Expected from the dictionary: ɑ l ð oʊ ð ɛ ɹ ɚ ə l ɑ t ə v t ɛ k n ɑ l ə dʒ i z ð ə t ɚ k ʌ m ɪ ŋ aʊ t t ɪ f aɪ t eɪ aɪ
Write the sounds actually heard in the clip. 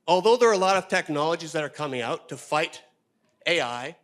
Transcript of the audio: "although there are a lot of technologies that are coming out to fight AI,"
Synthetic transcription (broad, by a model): ɑ l ð oʊ ð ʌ ɹ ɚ ə l ɑ t ə v t ɛ k n ɑ l ə dʒ i z ð ə t ɚ k ʌ m ɪ ŋ aʊ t t ɪ f aɪ t eɪ aɪ